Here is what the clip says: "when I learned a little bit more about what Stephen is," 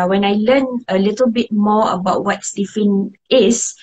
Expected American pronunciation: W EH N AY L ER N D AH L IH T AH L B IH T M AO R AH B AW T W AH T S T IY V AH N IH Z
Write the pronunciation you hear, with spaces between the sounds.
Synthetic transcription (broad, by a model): W EH N AY L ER N AH L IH T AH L B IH T M AO AH B AW T W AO T S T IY F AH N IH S